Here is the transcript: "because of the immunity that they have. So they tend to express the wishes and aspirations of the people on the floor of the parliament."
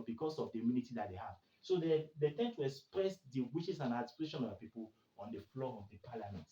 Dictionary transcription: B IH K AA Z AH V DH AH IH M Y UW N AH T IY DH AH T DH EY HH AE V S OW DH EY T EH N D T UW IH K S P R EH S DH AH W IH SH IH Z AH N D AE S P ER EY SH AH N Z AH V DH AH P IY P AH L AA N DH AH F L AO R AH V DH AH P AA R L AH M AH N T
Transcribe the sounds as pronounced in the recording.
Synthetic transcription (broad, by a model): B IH K AA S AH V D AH IH M Y UW N AH T IY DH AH T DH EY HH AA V S OW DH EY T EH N T UW IH K S P R EH S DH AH W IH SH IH S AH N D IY P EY SH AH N AH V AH P IY P AH L AA N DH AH F L AO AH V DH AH P AA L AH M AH N T